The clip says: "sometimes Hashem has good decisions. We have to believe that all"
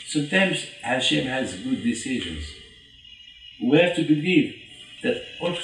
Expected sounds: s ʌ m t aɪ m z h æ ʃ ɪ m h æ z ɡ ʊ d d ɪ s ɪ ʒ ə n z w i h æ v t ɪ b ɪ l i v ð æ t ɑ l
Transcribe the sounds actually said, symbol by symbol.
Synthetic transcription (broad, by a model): s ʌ m t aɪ m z h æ ʃ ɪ m h æ z ɡ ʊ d d ɪ s ɪ ʒ ə n z w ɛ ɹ t ɪ b ɪ l i v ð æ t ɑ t